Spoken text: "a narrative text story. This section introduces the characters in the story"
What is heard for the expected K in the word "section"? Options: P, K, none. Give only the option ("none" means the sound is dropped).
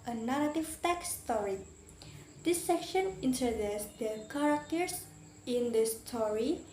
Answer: K